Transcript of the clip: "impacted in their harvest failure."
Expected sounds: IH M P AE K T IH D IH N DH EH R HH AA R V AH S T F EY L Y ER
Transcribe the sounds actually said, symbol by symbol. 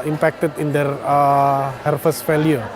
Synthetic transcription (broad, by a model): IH M P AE K T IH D IH N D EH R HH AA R F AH S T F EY L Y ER